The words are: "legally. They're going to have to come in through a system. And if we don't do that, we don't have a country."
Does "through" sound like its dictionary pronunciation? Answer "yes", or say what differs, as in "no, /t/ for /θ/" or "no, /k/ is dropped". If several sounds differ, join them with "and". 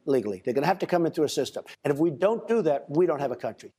no, /ɹ/ is dropped